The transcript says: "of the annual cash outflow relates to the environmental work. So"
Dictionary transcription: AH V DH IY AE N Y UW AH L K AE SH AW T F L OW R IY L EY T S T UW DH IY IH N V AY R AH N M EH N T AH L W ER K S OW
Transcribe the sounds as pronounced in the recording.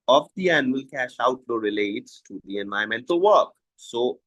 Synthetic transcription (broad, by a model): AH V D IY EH N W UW L K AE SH AW T L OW R IY L EY T S T UW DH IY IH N V AY AH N M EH N T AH L W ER K S OW